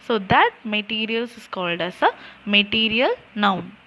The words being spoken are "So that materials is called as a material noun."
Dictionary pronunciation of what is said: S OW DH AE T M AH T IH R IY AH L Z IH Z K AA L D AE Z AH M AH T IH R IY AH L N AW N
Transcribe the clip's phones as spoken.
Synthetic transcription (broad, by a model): S OW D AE T M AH T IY R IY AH L S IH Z K AA L D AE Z AH M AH T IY R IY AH L N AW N